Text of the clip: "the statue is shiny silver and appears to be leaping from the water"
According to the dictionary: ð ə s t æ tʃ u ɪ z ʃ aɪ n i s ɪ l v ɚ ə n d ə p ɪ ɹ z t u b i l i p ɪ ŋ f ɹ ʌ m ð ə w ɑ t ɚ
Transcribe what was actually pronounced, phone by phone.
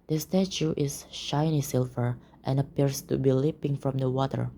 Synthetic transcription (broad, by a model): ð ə s t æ tʃ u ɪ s ʃ aɪ n i s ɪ l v ɚ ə n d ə p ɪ ɹ s t u b i l i p ɪ ŋ f ɹ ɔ m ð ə w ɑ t ɚ